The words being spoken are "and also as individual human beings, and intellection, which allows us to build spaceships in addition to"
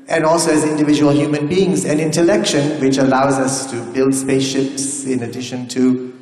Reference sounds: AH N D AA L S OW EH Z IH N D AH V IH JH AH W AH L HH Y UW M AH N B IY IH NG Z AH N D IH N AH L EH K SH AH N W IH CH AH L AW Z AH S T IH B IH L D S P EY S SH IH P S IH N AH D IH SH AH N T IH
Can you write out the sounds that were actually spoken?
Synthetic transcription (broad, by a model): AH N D AA L S OW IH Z IH N D AH V IH JH AH W AH L HH Y UW M AH N B IY IH NG Z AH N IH N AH L EH K SH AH N W IH CH AH L AW Z AH S T IH B IH L D S P EY S SH IH P S IH N AH D IH SH AH N T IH